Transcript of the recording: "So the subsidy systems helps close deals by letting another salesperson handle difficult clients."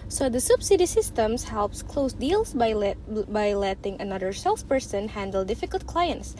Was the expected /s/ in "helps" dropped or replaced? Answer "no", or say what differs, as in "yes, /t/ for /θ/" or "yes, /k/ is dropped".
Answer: no